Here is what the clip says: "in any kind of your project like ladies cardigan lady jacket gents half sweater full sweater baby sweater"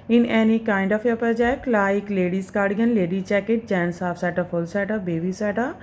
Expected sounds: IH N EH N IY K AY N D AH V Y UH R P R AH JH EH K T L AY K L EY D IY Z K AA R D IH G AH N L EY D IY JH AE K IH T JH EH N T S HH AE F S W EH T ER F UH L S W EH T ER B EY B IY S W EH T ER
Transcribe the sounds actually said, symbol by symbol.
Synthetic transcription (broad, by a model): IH N EH N IY K AY N D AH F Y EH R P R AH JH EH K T L AY K L EY D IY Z K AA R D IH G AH N L EY D IY CH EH K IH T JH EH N S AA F S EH T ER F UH L S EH T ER B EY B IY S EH T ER